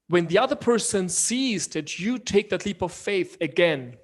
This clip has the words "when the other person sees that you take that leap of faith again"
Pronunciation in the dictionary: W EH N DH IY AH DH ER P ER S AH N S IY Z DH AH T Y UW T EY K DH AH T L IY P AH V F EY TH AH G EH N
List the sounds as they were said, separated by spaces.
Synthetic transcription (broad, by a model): W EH N DH IY AH DH ER P ER S AH N S IY Z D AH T Y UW T EY K DH AH T L IY P AH V F EY TH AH G EH N